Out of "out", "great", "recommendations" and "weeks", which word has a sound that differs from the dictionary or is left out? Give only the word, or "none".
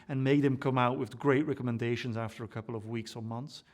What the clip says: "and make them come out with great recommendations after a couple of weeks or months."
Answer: none